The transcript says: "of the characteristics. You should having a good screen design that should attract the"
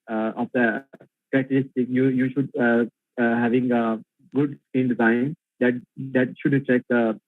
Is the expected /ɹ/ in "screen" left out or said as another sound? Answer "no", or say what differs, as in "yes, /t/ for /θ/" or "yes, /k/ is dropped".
yes, /ɹ/ is dropped